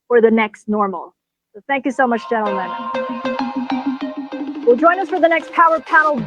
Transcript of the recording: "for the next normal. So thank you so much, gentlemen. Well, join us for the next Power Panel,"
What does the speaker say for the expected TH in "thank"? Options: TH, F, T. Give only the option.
TH